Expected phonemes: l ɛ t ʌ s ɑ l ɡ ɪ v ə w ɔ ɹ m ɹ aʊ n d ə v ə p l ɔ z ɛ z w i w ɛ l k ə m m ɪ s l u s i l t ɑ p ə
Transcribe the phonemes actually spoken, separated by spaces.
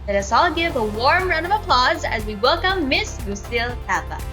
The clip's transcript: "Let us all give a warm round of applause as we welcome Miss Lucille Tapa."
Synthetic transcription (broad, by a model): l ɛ t ʌ s ɑ l ɡ ɪ v ə w ɔ ɹ m ɹ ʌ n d ə v ə p l ɔ z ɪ z w i w ɛ l k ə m m ɪ s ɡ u s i l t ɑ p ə